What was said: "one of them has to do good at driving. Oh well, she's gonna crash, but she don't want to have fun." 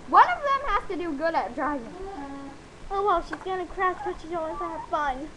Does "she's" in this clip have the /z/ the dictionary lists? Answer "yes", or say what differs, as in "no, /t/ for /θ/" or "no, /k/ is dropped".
yes